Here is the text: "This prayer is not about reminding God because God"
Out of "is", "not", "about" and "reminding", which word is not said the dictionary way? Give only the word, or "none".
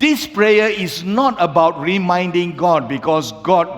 is